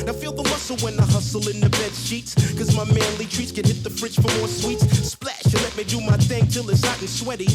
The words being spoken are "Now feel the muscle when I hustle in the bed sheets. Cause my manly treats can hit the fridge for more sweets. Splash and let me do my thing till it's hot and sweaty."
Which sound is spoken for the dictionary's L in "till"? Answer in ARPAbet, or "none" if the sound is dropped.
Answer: L